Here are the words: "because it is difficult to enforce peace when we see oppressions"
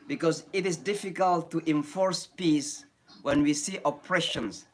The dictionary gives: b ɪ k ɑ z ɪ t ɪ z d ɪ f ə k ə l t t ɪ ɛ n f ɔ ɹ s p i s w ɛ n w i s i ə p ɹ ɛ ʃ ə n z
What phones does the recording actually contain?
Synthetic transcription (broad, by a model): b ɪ k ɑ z ɪ t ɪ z d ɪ f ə k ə l t t ɪ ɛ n f ɔ ɹ s p i s w ɛ n w i s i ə p ɹ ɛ ʃ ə n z